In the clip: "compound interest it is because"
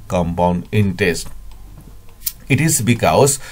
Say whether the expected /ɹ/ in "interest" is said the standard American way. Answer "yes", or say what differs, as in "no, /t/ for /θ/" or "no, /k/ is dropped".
no, /ɹ/ is dropped